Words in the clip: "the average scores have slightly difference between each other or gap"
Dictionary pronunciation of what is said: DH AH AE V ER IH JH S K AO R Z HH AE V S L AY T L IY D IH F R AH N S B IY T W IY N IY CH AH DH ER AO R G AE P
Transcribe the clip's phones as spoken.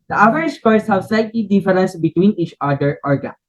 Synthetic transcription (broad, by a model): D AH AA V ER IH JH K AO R S HH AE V S L AY T L IY D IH F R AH N S B IY T W IY N IY CH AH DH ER AO R G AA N